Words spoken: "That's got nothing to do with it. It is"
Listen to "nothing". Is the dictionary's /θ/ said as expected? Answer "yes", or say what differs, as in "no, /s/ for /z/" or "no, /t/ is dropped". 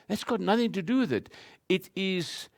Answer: yes